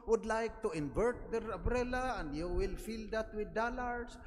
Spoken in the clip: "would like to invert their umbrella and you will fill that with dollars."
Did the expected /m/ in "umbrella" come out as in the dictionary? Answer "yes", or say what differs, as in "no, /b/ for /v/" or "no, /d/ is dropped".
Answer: no, /m/ is dropped